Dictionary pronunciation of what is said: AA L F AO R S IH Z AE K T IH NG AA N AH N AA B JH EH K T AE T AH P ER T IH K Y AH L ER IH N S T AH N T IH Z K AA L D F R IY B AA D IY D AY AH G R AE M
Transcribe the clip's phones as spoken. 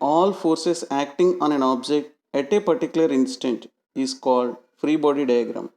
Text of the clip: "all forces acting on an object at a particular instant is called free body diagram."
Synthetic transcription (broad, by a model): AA L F AO R S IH S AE K T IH NG AA N AH N AA B JH EH K T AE T AH P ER T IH K Y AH L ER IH N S T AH N T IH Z K AA L D F R IY B AA D IY D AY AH G R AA M